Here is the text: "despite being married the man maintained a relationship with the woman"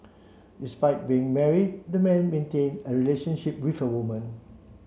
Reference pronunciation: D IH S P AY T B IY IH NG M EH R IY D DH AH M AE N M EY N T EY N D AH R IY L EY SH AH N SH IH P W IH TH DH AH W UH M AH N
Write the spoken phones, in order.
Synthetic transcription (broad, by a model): D IH S P AY T B IY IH NG M EH R IY D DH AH M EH N M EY N T EY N AH R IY L EY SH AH N SH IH P W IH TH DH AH W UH M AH N